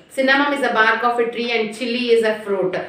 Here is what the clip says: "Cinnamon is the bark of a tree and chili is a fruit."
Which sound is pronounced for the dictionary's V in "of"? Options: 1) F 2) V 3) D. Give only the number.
1